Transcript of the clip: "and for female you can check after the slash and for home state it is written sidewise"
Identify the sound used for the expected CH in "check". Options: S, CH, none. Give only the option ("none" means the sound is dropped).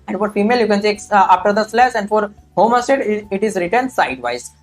S